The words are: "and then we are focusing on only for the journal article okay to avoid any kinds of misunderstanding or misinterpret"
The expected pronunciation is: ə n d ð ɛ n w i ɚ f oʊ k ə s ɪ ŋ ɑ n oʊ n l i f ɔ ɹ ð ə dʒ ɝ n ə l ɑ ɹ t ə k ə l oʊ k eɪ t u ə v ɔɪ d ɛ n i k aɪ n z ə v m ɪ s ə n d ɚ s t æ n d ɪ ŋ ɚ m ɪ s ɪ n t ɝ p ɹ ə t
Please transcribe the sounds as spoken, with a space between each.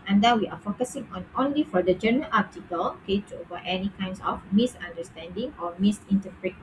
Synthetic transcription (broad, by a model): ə n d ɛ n w i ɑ f oʊ k ə s ɪ ŋ ɑ n oʊ n l i f ɔ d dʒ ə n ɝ ə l ɑ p t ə k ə l oʊ k eɪ t u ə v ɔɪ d ɛ n i k aɪ n s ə f m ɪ s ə n d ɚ s t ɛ n d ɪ ŋ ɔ m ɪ s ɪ n t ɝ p ɹ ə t